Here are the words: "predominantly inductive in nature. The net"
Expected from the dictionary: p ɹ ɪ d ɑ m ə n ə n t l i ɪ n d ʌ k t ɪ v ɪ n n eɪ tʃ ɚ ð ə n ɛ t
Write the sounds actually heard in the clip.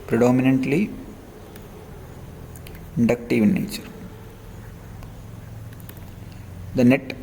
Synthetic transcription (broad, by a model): p ɹ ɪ d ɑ m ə n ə n t l i ɪ n d ʌ k t ɪ v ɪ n n eɪ tʃ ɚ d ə n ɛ t